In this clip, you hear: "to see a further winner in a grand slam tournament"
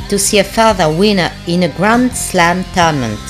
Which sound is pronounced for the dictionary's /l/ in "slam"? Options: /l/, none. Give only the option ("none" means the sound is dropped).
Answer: /l/